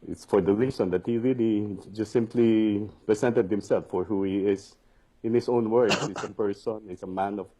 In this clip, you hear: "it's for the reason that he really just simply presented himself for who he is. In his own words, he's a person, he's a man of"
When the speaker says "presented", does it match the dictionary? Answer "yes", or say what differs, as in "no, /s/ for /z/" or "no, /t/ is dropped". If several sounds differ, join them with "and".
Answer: no, /s/ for /z/